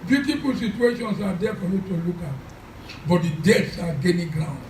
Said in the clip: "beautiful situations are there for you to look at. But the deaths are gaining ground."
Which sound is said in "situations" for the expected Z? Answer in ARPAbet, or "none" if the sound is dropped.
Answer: S